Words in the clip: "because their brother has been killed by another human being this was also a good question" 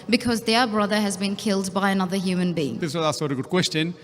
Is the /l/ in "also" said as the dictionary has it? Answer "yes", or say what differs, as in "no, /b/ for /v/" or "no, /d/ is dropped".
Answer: no, /l/ is dropped